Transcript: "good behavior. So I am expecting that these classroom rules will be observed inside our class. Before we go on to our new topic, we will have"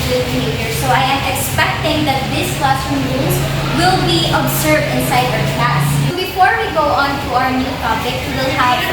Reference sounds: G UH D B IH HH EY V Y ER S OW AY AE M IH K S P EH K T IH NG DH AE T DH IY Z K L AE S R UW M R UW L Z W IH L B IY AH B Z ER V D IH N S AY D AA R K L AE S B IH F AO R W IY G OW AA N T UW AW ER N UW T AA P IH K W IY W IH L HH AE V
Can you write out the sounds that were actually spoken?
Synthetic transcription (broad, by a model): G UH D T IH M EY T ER S OW AY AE M IH K S P EH K T IH NG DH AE T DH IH S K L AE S UW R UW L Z W IH L B IY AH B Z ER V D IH N S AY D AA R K AE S B IH F AO R W IY G OW AA N T UW AW ER N UW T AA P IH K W W IH L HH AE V